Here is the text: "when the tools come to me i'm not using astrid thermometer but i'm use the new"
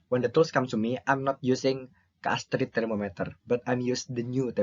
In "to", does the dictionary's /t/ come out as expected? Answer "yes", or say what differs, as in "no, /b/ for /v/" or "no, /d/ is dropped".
no, /s/ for /t/